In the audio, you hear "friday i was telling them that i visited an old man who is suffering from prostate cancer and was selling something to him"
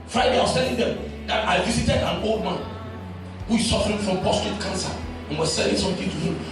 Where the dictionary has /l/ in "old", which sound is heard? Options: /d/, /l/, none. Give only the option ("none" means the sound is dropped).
/l/